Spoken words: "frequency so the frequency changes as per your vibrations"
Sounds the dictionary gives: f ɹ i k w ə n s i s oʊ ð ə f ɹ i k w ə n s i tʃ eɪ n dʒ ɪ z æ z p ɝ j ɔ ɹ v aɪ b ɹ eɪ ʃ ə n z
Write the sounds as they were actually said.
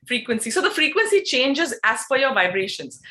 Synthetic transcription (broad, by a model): f ɹ i k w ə n s i s oʊ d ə f ɹ i k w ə n s i tʃ eɪ n dʒ ɪ z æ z f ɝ j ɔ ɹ v aɪ b ɹ eɪ ʃ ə n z